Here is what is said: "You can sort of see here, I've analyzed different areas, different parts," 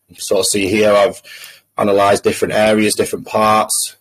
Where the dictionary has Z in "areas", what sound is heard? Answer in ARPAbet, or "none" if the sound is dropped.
Z